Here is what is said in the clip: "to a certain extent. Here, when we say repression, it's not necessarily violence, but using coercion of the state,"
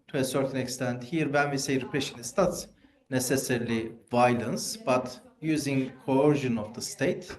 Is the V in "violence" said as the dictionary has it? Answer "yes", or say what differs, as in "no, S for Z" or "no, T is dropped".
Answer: yes